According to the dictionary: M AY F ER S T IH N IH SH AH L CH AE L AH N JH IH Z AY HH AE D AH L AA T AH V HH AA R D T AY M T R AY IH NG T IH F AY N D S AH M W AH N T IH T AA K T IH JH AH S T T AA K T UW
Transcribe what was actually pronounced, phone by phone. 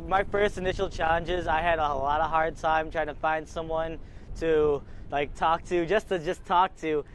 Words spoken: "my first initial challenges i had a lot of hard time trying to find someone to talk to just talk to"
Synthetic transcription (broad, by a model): M AY F ER S T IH N IH SH L CH AE L AH N JH IH Z AY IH D AH L AA T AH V HH AA R D T AY M T R AY IH NG T IH F AY N D S AH M W AH N T IH T AA K T IH JH AH S T T AA K T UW